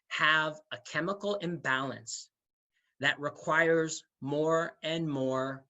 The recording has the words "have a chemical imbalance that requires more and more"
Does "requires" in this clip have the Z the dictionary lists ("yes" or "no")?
yes